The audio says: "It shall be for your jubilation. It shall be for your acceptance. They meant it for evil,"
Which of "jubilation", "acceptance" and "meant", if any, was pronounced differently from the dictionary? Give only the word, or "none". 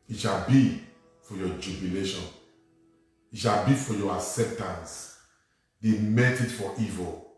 meant